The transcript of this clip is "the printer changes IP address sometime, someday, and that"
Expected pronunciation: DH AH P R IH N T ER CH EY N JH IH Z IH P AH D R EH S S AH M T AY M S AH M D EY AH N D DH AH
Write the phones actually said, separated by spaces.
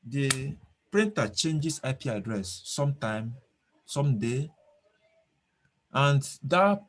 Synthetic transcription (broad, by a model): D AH P R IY N T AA CH EY N JH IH S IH P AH D R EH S S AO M T AY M S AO M D EY AH N D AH